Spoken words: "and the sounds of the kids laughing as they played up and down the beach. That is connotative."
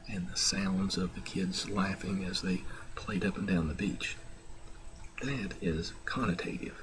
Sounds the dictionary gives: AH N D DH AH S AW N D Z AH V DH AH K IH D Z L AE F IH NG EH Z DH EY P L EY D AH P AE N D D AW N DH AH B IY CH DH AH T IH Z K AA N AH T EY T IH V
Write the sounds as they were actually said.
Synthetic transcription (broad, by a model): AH N DH AH S AW N D Z AH V DH AH K IH D Z L AE F IH NG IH Z DH EY P L EY D AH P N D D AW N DH AH B IY CH DH AH T IH Z K AA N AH T EY T IH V